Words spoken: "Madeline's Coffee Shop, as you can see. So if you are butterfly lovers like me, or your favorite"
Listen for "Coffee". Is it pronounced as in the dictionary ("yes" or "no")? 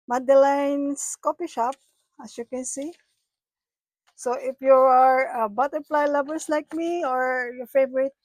no